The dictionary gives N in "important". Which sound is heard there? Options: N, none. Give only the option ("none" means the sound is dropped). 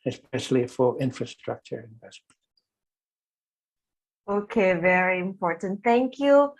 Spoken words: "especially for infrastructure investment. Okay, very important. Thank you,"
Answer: N